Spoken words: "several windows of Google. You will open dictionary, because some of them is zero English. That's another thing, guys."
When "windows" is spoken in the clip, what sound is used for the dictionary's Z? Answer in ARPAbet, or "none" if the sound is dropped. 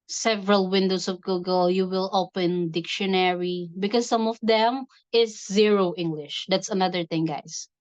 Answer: S